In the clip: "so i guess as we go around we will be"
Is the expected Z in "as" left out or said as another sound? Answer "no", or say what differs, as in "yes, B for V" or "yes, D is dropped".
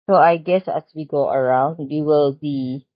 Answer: yes, S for Z